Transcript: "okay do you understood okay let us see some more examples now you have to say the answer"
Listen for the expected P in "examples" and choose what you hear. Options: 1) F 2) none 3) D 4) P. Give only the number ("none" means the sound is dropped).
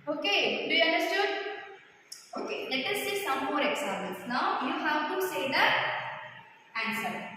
2